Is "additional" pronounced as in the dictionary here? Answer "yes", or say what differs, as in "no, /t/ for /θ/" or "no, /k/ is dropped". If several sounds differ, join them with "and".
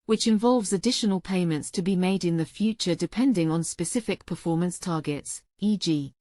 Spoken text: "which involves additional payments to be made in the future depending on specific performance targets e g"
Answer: yes